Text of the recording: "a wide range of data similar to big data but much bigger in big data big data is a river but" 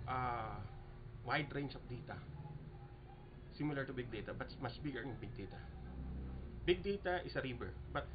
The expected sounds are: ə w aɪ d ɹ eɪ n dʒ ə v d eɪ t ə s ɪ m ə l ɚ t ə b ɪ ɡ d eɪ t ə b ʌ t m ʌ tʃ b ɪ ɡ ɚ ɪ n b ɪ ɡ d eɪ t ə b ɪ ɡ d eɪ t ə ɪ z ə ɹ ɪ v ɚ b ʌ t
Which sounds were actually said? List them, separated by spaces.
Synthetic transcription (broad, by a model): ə w aɪ d ɹ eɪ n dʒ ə f d eɪ t ə s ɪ m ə l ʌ t ə b ɪ ɡ d eɪ t ə b ʌ t m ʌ s b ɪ ɡ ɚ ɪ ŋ b ɪ ɡ d eɪ t ə b ɪ ɡ d eɪ t ə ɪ s ə ɹ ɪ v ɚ b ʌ t